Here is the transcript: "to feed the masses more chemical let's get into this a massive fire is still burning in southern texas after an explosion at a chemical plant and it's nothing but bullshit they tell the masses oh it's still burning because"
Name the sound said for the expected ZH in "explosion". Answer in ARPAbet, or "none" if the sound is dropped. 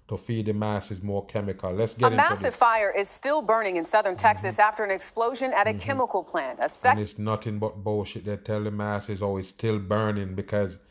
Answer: ZH